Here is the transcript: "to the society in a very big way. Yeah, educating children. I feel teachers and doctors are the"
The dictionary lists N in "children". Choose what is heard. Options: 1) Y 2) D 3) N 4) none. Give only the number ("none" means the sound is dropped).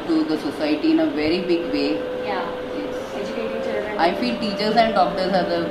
4